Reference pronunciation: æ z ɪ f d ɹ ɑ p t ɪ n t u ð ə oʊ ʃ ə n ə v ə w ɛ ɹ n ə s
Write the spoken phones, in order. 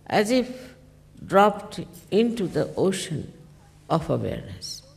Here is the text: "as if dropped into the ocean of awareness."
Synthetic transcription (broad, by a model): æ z ɪ f d ɹ ɑ p t ɪ n t u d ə oʊ ʃ ə n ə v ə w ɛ ɹ n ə s